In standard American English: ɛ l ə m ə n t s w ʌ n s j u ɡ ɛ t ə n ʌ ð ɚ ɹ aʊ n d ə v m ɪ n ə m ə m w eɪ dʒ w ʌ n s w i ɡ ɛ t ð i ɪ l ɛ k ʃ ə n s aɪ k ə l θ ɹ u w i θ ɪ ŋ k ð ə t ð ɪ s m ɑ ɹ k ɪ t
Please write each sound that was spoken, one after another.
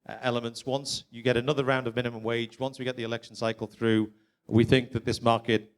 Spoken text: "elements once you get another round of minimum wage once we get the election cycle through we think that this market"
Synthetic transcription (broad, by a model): ɛ l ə m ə n t s w ʌ n s j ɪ ɡ ɛ t ə n ʌ ð ɚ ɹ aʊ n d ə v m ɪ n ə m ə m w eɪ dʒ w ʌ n s w i ɡ ɛ t ð i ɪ l ɛ k ʃ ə n s aɪ k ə l θ ɹ u w i θ ɪ ŋ k ð ə t ð ɪ s m ɑ ɹ k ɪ t